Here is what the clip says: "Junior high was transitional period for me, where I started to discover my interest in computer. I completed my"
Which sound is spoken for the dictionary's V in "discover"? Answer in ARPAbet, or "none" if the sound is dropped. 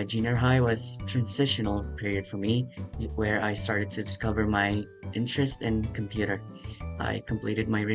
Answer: V